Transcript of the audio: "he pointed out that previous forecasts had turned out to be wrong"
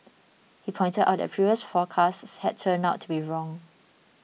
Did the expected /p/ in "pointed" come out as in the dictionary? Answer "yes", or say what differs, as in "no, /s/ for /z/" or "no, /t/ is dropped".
yes